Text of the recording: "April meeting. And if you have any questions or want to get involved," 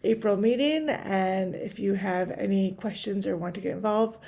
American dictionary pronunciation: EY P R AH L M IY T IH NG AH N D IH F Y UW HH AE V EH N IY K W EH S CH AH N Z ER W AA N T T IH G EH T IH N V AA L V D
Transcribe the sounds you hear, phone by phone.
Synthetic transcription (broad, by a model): EY P R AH L M IY T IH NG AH N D IH F Y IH V EH N IY K W EH S CH AH N Z ER W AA N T T IH G EH T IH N V AA L V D